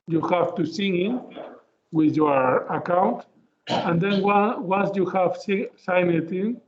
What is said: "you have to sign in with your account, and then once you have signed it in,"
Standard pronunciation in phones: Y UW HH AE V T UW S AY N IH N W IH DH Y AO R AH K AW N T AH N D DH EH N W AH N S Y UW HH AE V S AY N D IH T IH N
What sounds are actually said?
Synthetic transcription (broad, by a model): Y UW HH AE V T UW S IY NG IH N W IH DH Y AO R AH K AW N T AH N D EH N W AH N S Y UW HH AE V S AY N IH T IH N